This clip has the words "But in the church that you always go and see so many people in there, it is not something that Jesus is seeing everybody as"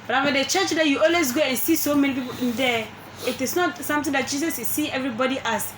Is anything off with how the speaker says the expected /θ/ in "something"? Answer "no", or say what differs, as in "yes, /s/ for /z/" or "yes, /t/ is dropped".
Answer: yes, /t/ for /θ/